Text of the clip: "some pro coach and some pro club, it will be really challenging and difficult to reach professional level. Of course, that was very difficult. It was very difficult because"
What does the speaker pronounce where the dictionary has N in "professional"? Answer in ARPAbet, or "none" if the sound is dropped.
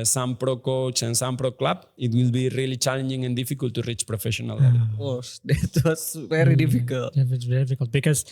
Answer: none